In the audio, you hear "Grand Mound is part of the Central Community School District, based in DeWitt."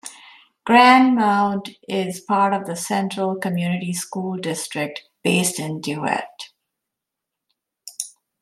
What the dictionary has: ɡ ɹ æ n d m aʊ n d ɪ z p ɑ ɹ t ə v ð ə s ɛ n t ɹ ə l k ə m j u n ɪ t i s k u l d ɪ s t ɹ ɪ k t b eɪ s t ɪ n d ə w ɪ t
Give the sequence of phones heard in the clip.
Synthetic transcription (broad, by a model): ɡ ɹ æ n d m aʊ n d ɪ z p ɑ ɹ t ə v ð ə s ɛ n t ɹ ə l k ə m j u n ɪ t i s k u l d ɪ s t ɹ ɪ k t b eɪ s t ɪ n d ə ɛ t